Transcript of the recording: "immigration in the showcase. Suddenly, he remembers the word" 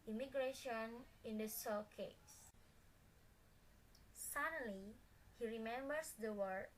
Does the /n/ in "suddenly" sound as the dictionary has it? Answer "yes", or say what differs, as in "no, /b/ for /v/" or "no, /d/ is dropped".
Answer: no, /n/ is dropped